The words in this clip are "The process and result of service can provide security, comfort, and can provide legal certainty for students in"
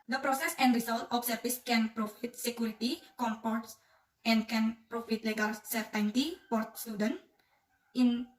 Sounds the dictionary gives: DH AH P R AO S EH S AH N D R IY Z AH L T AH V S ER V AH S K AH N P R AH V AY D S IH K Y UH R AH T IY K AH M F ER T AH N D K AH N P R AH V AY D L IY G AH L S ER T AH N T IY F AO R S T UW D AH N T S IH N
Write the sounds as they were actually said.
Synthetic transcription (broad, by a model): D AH P R AO S EH S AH N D R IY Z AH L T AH F S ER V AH S K AH N P R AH F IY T S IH K Y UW R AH T IY K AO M P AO T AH N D K AH N P R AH F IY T L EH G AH L S ER T AH N T IY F AO R S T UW D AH N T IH N